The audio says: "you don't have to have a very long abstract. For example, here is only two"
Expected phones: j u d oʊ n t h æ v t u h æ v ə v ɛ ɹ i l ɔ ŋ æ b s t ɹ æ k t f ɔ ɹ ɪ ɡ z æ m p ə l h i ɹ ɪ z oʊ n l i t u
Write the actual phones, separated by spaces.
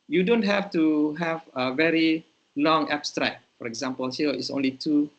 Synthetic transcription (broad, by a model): j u d oʊ n t h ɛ f t u h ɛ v ə v ɛ ɹ i l ɔ ŋ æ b s t ɹ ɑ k f ɔ ɹ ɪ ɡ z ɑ m p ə l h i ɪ s oʊ n l i t u